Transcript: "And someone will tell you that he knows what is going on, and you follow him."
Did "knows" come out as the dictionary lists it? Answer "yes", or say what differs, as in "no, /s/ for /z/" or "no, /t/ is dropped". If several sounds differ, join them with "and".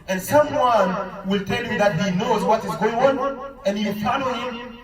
yes